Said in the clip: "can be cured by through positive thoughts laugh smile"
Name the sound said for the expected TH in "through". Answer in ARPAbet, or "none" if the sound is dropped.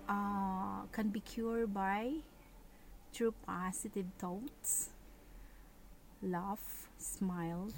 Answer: T